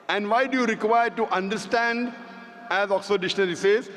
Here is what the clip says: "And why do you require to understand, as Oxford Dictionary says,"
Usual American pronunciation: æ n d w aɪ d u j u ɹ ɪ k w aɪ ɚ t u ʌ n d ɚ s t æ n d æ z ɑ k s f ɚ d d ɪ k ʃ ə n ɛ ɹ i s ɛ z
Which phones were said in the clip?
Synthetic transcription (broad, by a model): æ n d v aɪ d u j u ɹ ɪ k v aɪ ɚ t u ʌ n d ɚ s t æ n d æ z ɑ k s ɔ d d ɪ ʃ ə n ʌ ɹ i s ɛ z